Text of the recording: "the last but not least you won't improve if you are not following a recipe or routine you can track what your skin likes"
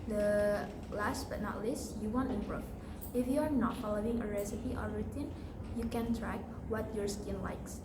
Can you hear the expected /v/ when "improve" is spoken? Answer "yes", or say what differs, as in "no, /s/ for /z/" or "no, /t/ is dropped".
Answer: no, /f/ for /v/